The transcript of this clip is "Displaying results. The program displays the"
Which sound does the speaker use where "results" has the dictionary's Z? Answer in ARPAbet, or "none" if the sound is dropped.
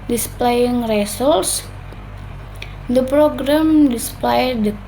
S